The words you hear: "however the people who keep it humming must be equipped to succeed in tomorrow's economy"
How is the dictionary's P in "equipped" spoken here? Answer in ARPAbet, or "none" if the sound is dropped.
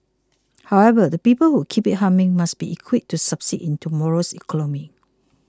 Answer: none